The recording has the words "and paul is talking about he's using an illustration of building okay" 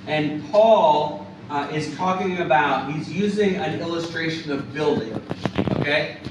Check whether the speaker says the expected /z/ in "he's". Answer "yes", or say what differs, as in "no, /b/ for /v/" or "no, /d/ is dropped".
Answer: yes